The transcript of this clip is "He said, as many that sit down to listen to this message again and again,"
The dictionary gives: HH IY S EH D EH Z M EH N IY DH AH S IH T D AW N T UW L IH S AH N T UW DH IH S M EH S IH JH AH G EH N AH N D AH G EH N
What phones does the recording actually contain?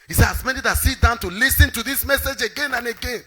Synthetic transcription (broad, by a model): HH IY S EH AA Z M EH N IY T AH S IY T D AW N T UW L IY S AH N T UW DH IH S M EH S IH JH AH G EH N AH N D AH G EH N